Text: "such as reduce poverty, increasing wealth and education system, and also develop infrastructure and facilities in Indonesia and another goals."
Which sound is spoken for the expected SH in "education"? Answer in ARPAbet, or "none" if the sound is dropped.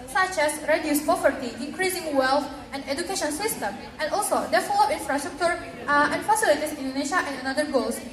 SH